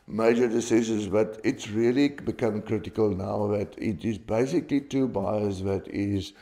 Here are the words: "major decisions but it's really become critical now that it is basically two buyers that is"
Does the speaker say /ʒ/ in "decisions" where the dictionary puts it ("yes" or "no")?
no